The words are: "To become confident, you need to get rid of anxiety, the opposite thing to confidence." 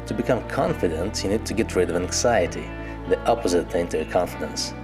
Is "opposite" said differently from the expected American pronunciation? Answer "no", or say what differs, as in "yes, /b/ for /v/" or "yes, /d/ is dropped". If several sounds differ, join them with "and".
no